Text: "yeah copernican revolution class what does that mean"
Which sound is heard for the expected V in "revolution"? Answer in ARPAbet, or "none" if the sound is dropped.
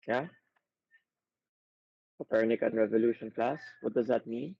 V